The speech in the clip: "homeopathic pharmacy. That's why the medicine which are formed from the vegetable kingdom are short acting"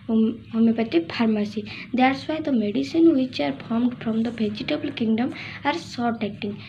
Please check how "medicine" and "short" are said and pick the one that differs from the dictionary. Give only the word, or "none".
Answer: short